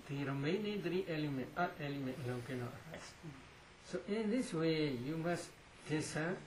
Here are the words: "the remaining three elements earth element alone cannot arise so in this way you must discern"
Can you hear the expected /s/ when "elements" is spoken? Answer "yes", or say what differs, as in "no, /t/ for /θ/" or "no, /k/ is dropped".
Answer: no, /s/ is dropped